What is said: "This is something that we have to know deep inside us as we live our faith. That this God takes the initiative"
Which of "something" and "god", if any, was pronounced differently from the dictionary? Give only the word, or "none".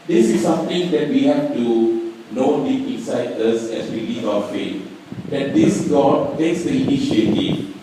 something